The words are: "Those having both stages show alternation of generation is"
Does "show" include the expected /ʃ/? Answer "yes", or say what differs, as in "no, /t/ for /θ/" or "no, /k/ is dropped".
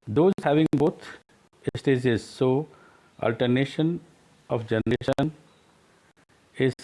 no, /s/ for /ʃ/